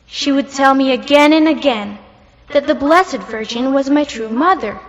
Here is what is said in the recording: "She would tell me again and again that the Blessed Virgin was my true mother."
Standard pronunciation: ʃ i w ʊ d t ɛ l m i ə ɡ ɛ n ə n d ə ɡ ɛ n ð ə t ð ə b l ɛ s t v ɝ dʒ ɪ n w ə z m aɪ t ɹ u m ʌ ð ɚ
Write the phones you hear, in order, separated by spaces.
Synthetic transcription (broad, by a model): ʃ i w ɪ d t ɛ l m i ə ɡ ɛ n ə n ə ɡ ɛ n ð ə t ð ə b l ɛ s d v ɝ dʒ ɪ n w ə z m aɪ t ɹ u m ʌ ð ɚ